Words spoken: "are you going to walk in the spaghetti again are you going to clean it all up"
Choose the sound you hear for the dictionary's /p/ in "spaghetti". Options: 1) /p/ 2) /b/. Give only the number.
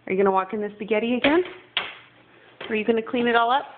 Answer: 2